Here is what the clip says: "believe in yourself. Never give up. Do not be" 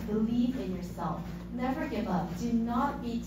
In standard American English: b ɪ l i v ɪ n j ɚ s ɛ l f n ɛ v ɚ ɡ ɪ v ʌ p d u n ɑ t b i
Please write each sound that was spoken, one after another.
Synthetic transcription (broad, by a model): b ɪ l i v ɪ n j ɚ s ɛ l f n ɛ v ɚ ɡ ɪ v ʌ p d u n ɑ t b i